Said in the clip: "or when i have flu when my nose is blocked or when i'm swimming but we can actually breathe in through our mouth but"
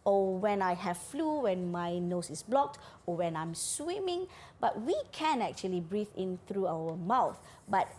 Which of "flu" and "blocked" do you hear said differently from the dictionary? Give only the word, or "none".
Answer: none